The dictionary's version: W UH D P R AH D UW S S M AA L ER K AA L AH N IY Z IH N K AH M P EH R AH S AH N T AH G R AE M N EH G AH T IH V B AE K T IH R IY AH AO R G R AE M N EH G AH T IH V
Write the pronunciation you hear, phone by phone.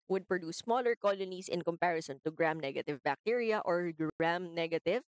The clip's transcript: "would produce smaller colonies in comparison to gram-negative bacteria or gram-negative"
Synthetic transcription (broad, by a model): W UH D P R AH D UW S S M AA L ER K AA L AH N IY S IH N K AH M P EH R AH S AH N T AH G R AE M N EH G AH T IH V B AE K T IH R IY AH AO R G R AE M N EH G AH T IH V